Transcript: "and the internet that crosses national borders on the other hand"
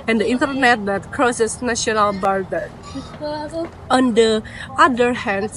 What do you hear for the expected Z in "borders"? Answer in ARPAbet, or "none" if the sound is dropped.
none